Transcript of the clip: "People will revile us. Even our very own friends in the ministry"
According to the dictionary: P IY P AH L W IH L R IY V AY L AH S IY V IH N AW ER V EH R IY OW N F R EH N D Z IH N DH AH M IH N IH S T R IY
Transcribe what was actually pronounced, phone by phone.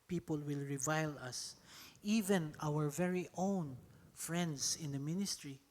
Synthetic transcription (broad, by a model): P IY P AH L W IH L R IY V AY L AH S IY V IH N AW ER V EH R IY OW N F R EH N D S IH N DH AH M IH N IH S T R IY